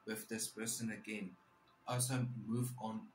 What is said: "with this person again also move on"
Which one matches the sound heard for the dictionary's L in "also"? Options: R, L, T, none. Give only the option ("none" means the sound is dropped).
none